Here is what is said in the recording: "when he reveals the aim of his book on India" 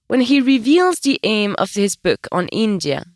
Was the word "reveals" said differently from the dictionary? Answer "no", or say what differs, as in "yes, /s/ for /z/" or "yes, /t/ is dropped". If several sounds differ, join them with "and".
no